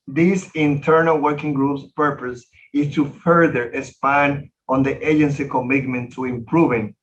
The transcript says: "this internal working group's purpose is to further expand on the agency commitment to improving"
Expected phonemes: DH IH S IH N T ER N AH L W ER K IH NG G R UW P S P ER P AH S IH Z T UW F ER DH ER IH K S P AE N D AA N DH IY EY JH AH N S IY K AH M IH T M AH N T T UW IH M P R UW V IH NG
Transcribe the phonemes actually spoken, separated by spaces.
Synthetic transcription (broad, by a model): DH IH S IH N T ER N AH L W ER K IH NG G R UW P S P ER P AH S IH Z T UW F ER DH ER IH S P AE N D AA N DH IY EY JH AH N S IY K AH M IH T M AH N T T UW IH M P R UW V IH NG